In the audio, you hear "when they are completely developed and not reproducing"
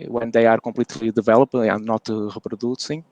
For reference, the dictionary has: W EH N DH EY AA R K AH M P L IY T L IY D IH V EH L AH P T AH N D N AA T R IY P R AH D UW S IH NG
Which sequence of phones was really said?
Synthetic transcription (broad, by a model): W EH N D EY AA R K AH M P L IY T L IY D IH V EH L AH P AH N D N AA T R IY P R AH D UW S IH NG